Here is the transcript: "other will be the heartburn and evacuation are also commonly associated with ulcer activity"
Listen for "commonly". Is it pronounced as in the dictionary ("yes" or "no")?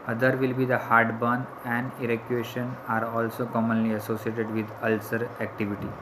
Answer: yes